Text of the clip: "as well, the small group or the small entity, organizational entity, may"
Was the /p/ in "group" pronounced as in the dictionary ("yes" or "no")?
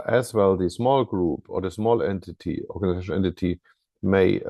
yes